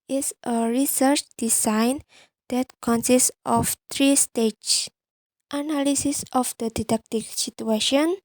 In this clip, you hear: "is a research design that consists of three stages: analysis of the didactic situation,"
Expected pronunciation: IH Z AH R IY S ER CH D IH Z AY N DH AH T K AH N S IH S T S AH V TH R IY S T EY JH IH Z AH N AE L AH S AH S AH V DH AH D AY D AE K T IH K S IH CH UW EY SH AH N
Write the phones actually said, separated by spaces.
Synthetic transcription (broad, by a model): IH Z AH R IY S ER CH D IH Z AY N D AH T K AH N S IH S S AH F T R IY S T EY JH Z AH N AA L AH S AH S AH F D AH D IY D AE K T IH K S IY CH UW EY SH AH N